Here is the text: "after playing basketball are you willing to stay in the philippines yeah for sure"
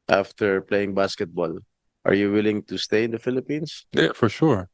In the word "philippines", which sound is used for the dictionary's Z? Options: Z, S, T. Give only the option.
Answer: S